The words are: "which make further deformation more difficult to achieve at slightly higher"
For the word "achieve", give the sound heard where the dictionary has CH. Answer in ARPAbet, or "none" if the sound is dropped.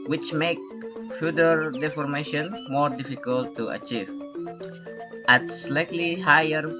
CH